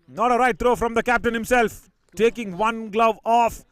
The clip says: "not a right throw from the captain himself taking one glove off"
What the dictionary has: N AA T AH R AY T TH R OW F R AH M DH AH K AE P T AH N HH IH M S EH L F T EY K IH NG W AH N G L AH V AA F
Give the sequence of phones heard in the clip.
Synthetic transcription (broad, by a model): N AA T AH R AY T T R OW F R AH M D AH K AE P T AH N HH IH M S EH L F T EY K IH NG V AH N G L AH V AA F